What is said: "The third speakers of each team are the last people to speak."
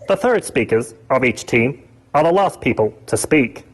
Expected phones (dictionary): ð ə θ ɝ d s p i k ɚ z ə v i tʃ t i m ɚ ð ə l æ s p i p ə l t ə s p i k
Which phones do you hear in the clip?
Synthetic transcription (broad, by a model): ð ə θ ɝ d s p i k ɚ z ə v i tʃ t i m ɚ ð ə l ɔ s p i p ə l t ə s p i k